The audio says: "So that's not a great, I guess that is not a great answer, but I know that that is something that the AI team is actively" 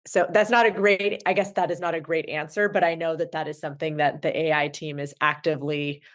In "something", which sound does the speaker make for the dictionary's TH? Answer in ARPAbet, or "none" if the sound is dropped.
TH